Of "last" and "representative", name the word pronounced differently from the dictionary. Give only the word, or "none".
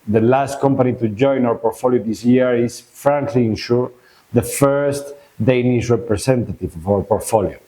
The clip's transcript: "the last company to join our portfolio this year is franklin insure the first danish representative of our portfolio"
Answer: representative